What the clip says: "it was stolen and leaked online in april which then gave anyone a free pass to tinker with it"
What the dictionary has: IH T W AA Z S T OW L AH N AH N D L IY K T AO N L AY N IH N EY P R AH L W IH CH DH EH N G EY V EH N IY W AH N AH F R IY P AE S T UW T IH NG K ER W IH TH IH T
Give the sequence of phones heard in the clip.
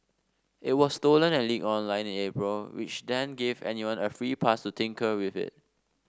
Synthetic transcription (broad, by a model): IH T W AA S T OW L AH N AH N L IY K AO N L AY N IH N EY P R AH L W IH CH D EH N G EY V EH N IY W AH N AH F R IY P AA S T UW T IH NG K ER W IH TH IH T